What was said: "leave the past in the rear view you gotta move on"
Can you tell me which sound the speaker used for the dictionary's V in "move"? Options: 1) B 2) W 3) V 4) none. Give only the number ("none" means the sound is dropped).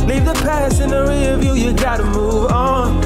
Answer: 3